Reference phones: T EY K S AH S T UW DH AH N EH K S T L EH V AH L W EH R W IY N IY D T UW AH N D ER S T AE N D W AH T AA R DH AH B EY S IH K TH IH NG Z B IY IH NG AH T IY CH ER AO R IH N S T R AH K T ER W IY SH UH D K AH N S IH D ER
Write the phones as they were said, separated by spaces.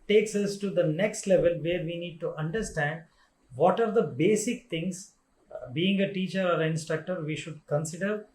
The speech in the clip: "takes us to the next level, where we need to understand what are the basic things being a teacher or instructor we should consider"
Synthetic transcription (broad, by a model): T EY K S AH S T UW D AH N EH K S T L EH V AH L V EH R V IY N IY D T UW AH N D ER S T AE N D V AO T AA R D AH B EY S IH K T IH NG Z B IY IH NG AH T IY CH ER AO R IH N S T R AH K T ER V IY SH UH D K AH N S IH D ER